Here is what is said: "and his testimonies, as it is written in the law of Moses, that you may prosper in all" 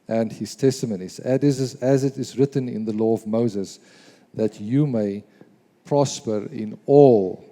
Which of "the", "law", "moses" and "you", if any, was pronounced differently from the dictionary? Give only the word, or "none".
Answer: none